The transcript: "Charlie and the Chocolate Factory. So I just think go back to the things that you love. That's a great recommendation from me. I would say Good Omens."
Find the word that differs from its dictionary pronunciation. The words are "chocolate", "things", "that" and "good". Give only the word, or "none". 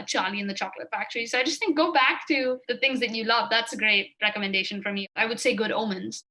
none